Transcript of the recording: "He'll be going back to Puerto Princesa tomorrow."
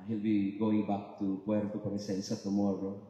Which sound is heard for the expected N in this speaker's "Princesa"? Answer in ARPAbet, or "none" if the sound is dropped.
none